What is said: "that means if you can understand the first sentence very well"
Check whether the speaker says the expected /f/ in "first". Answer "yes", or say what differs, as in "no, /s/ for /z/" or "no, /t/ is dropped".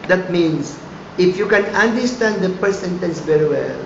no, /p/ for /f/